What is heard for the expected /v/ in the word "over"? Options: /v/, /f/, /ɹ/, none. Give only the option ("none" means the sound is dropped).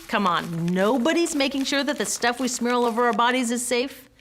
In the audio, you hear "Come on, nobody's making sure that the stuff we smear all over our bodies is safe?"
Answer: /v/